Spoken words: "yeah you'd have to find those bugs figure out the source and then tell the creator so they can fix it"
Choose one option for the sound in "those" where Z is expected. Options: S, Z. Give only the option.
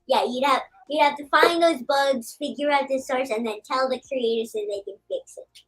Z